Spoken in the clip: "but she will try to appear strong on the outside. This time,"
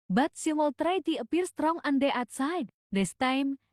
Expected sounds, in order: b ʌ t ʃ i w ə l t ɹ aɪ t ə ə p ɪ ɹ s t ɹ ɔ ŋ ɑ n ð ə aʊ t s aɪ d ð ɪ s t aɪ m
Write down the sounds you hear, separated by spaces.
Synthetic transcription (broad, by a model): b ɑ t s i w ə l t ɹ aɪ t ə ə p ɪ ɹ s t ɹ ɔ ŋ ɑ n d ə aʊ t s aɪ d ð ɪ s t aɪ m